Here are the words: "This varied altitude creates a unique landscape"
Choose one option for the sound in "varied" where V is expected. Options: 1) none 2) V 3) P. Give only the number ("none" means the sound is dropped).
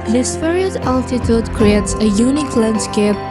3